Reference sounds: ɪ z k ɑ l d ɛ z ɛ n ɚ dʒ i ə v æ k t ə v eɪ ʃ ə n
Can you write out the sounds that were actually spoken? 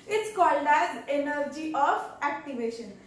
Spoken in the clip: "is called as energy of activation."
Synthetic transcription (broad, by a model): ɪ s k ɑ l d ɛ z ɛ n ɚ dʒ i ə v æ k t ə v eɪ ʃ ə n